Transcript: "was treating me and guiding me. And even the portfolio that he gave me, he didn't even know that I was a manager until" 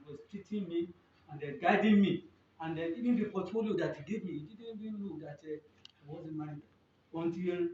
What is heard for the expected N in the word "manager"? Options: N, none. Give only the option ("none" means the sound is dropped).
none